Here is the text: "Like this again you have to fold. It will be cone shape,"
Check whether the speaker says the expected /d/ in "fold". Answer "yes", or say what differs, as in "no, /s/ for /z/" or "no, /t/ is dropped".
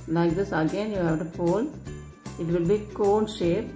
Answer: no, /d/ is dropped